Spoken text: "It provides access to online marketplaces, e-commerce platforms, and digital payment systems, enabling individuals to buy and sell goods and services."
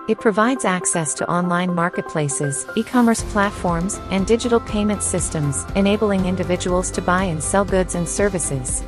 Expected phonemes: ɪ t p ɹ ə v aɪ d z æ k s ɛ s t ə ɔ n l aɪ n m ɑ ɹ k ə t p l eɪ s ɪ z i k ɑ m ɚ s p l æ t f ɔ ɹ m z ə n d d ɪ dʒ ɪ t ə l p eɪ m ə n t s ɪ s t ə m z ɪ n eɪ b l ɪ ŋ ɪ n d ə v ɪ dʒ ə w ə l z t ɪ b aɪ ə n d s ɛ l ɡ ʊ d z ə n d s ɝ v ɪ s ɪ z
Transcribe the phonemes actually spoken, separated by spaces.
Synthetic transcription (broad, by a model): ɪ t p ɹ ə v aɪ d z æ k s ɛ s t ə ɔ n l aɪ n m ɑ ɹ k ə t p l eɪ s ɪ z i k ɑ m ɚ s p l æ t f ɔ ɹ m z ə n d d ɪ dʒ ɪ t l p eɪ m ə n t s ɪ s t ə m z ɪ n eɪ b l ɪ ŋ ɪ n d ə v ɪ dʒ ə w l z t ɪ b aɪ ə n s ɛ l ɡ ʊ d z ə n s ɝ v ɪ s ɪ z